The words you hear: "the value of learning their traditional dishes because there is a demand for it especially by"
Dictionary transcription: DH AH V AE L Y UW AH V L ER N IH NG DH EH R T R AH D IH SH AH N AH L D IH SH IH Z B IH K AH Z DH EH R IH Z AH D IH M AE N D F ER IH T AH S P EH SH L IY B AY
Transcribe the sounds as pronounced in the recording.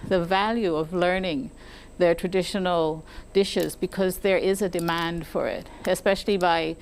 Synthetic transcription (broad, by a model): DH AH V AE L Y UW AH V L ER N IH NG DH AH R T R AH D IH SH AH N L D IH SH IH Z B IH K AH Z DH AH R IH Z AH D IH M AE N D F ER IH T AH S P EH SH L IY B AY